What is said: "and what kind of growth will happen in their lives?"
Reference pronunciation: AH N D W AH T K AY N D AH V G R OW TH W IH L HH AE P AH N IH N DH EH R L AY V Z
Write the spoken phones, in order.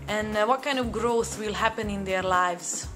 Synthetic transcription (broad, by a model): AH N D W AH T K AY N D AH V G R OW TH W IH L HH AE P AH N IH N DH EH R L AY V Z